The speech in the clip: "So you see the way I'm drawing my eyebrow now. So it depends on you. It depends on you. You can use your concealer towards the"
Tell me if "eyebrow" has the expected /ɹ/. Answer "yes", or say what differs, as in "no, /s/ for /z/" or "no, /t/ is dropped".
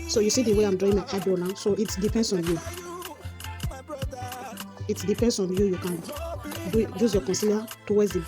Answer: no, /ɹ/ is dropped